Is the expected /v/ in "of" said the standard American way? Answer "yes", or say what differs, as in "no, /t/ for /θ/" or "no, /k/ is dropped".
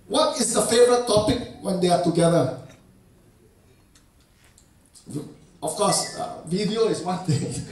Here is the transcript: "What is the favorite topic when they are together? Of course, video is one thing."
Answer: no, /f/ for /v/